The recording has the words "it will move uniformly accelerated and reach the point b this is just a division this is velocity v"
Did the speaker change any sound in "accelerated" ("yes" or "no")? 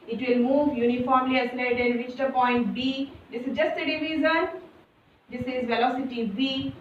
yes